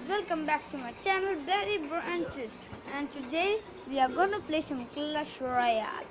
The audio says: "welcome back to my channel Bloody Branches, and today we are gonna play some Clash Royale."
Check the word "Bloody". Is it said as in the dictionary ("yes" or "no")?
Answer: no